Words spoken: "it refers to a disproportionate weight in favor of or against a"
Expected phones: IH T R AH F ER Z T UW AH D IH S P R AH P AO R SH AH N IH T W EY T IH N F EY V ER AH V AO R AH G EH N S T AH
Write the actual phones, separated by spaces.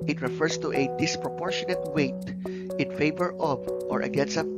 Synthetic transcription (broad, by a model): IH T R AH F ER S T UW AH D IH S P R AH P AO R SH AH N IH T W EY T IH N F EY V ER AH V AO R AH G EH N S AH